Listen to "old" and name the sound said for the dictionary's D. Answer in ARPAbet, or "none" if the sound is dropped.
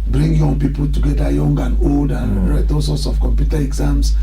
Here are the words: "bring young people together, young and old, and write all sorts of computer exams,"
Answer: D